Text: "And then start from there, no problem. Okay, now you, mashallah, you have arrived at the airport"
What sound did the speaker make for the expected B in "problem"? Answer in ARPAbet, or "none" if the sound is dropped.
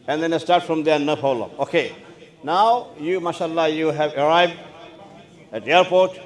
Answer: none